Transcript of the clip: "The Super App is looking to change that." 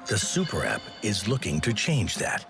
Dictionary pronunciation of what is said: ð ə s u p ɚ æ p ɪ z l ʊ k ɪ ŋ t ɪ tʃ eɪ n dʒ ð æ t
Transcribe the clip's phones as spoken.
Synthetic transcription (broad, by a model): ð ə s u p ɚ æ p ɪ z l ʊ k ɪ ŋ t ɪ tʃ eɪ n dʒ ð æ t